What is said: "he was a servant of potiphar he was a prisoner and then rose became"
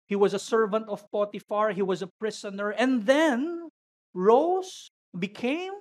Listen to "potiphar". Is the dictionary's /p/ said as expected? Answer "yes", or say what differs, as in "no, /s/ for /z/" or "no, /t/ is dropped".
yes